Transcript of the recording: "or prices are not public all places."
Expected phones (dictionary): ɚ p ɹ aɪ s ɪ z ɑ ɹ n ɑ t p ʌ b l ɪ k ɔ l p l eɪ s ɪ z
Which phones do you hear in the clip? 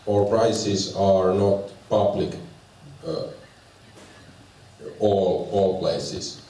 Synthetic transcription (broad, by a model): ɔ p ɹ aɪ s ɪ s ɑ ɹ n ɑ t p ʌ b l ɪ k ɔ l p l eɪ s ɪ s